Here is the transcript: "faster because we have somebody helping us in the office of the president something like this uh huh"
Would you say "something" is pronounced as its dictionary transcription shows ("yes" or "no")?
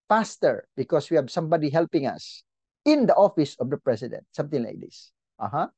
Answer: no